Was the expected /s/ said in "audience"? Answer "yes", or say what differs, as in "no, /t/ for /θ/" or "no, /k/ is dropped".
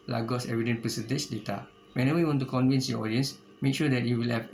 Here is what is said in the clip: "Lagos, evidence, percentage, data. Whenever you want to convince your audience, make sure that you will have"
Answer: yes